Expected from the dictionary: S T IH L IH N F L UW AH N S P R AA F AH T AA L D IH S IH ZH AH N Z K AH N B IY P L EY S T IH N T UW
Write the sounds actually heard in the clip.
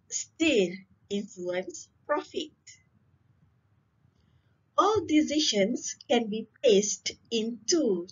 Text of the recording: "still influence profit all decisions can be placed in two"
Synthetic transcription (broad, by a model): S T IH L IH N F L UW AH N S P R AA F AH T AA L D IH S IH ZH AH N S K AH N B IY P L EY S T IH N T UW